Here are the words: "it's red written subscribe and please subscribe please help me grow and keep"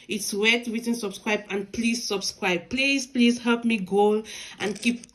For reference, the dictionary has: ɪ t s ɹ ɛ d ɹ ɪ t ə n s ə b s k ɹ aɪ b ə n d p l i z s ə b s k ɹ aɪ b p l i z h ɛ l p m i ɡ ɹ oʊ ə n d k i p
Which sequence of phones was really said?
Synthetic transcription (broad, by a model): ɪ t s w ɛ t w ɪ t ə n s ə b s k ɹ aɪ b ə n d p l i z s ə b s k ɹ aɪ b p l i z h ɛ l p m i ɡ oʊ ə n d k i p